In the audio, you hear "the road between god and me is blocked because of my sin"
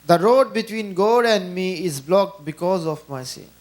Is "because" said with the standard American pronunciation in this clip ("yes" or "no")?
yes